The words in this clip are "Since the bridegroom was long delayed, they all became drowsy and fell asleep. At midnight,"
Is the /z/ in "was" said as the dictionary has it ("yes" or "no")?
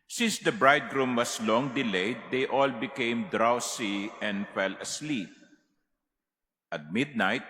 no